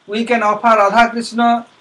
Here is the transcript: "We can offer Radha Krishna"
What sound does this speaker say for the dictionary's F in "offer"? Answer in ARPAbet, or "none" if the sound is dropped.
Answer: P